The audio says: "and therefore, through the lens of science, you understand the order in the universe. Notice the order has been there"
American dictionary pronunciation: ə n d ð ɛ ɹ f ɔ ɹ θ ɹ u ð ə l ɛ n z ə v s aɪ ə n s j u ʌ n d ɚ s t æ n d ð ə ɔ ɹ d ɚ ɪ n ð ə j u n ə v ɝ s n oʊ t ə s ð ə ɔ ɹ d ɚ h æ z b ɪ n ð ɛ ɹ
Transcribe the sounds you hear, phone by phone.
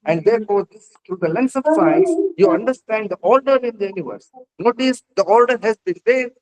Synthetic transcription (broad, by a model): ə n d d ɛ ɹ f ɔ ɹ s ɹ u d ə l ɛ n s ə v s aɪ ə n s j u ʌ n d ɚ s t æ n d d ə ɔ l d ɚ ɪ n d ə j u n ə v ɝ s n oʊ t ə s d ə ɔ l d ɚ h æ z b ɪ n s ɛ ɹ